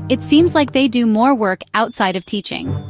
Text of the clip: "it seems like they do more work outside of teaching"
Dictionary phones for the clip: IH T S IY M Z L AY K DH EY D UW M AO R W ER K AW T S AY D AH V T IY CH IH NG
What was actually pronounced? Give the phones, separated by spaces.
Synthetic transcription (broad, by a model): IH T S IY M Z L AY K DH EY D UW M AO R W ER K AW T S AY D AH V T IY CH IH NG